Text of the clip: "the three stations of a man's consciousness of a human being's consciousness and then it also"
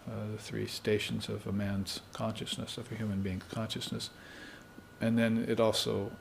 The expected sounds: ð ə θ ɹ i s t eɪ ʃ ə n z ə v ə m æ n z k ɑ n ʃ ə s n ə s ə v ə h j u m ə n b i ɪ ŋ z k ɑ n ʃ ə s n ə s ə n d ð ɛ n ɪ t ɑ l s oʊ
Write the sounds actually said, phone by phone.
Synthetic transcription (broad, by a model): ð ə θ ɹ i s t eɪ ʃ n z ə v ə m æ n z k ɑ n ʃ ə s n ə s ə v ə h j u m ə n b i ɪ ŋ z k ɑ n ʃ ə s n ə s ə n ð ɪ n ɪ t ɑ l s oʊ